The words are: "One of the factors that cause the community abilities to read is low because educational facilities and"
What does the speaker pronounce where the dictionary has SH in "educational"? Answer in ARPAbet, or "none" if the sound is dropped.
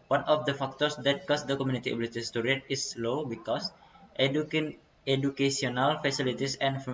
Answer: S